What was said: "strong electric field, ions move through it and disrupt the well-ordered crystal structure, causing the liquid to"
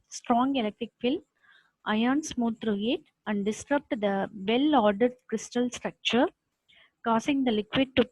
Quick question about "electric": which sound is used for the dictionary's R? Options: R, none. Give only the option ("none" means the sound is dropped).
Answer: R